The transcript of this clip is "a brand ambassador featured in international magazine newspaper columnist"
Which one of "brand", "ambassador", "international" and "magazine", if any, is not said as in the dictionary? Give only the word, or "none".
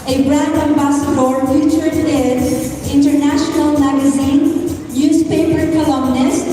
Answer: brand